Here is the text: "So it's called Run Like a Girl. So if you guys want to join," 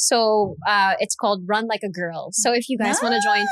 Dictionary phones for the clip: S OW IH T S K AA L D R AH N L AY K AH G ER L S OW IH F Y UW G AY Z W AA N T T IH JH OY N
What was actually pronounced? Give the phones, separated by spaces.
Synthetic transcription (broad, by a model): S OW IH T S K AA L D R AH N L AY K AH G ER L S OW IH F Y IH G AY Z W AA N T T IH JH OY N